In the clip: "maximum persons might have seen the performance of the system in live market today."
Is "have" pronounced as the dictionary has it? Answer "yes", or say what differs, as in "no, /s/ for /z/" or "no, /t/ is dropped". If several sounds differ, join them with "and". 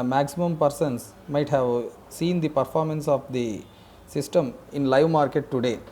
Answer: yes